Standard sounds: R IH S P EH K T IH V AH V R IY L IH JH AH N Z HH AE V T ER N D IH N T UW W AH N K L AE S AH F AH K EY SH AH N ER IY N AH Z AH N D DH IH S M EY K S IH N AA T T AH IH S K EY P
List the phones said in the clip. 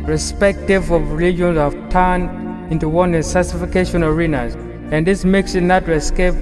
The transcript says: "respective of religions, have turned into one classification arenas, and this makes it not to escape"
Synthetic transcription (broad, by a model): R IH S P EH K T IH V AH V R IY L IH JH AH N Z HH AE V T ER N D IH N T UW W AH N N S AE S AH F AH K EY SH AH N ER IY N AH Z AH N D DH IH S M EY K S IH N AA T T AH S K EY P